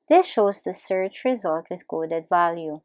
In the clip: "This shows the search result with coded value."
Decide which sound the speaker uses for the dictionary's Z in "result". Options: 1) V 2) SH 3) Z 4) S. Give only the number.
3